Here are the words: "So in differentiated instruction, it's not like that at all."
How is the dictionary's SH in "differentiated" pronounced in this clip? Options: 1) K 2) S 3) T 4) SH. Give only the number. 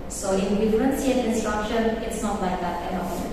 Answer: 2